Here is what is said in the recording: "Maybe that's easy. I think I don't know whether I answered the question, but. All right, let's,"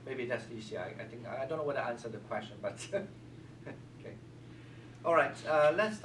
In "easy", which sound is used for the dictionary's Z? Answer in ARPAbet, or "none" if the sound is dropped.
S